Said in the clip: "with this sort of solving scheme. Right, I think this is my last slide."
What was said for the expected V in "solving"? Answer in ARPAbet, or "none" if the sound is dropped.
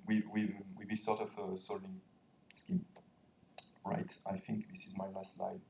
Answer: none